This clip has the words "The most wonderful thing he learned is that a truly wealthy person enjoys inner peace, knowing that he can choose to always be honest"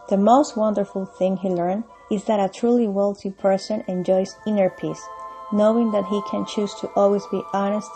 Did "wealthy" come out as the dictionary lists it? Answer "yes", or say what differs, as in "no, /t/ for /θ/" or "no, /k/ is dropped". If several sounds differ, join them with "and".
no, /t/ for /θ/